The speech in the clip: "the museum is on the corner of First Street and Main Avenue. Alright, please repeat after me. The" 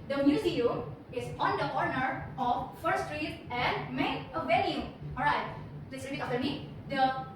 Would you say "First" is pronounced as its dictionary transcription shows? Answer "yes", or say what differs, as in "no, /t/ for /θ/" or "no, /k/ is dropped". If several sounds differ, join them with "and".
no, /s/ is dropped